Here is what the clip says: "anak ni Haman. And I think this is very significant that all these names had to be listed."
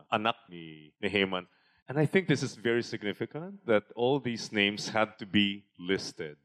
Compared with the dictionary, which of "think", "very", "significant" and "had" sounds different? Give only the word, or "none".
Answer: none